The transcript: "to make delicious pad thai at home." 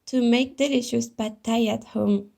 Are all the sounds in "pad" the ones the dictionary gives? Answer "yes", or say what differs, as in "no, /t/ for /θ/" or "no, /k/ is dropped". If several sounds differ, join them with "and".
no, /b/ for /p/